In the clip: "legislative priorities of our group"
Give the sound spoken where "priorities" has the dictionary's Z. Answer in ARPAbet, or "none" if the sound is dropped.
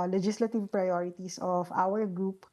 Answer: S